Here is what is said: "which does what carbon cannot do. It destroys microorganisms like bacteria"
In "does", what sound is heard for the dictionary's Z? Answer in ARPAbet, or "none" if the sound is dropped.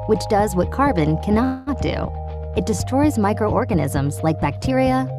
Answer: Z